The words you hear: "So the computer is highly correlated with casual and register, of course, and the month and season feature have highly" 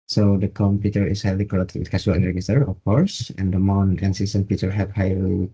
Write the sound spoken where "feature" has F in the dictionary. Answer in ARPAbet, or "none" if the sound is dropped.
P